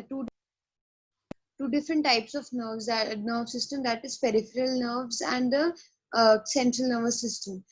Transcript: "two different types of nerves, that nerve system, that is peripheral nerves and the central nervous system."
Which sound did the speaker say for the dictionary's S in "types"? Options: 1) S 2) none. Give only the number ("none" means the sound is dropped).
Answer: 1